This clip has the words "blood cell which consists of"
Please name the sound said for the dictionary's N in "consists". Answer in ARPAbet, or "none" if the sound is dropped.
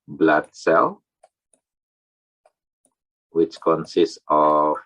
N